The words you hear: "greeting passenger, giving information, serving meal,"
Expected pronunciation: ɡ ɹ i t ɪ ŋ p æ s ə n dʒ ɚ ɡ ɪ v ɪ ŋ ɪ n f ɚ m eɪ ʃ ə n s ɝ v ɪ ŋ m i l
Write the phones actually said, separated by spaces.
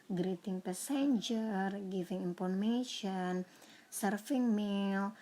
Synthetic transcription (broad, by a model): ɡ ɹ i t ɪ ŋ p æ s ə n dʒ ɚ ɡ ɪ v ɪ ŋ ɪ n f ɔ m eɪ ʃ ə n s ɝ f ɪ ŋ m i l